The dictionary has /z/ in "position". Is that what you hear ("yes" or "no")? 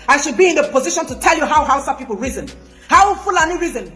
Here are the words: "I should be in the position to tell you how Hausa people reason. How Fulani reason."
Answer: yes